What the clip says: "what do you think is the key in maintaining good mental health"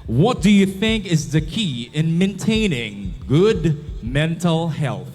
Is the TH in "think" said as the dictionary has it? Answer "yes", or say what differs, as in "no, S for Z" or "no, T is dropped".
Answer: yes